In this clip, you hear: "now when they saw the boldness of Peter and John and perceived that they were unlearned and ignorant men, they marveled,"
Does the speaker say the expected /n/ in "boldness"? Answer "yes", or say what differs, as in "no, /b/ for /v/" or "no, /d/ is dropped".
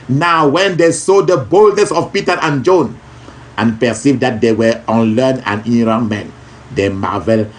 yes